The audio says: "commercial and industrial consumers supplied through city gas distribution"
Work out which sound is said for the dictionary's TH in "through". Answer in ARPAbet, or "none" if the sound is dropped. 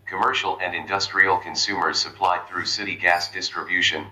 TH